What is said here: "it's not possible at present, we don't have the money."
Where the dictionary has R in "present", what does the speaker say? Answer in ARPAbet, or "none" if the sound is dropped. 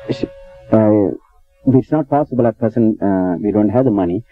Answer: none